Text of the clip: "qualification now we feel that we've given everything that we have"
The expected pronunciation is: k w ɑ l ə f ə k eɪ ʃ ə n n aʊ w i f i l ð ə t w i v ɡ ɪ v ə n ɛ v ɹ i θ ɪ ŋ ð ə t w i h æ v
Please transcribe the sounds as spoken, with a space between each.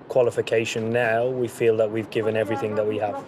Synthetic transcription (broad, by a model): k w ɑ l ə f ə k eɪ ʃ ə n n aʊ w i f i l ð ə t w i v ɡ ɪ v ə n ɛ v ɹ i θ ɪ ŋ ð ə t w i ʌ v